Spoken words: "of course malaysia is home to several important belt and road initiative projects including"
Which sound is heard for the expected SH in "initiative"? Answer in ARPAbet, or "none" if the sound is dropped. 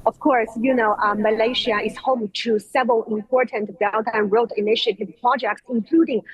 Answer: SH